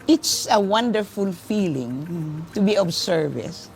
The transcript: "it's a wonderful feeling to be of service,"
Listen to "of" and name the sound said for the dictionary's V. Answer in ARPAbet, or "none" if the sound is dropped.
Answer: B